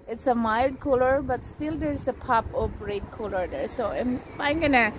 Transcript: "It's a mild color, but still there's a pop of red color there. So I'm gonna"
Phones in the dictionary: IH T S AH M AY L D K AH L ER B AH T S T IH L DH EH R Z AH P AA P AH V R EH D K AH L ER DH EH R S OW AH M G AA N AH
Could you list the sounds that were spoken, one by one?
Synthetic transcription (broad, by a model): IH T S AH M AY L D K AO L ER B AH T S T IH L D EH R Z AH P AA P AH P R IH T K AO L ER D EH R S OW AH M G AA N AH